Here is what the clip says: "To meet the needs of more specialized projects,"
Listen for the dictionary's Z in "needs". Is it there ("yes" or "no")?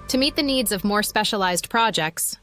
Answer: yes